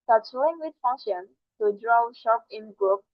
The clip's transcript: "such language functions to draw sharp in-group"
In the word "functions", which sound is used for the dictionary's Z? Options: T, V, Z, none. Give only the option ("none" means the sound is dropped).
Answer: none